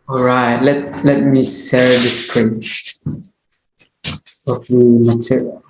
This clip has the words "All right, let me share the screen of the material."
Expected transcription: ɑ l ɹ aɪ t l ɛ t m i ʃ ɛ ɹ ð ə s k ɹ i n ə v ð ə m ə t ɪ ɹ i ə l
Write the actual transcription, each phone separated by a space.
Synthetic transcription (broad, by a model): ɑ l ɹ aɪ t l ɛ t m i s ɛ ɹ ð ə s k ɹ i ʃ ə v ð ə m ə t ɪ ɹ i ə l